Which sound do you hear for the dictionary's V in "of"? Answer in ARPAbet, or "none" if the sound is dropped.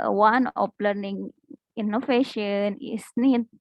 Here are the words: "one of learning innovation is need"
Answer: P